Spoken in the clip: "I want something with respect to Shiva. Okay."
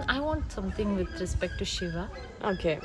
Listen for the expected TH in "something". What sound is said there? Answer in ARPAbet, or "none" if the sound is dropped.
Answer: T